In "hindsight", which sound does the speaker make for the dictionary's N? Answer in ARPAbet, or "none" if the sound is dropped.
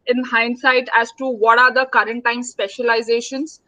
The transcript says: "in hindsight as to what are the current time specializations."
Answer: N